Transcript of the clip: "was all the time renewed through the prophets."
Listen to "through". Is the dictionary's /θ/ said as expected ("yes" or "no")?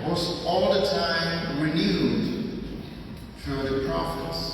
no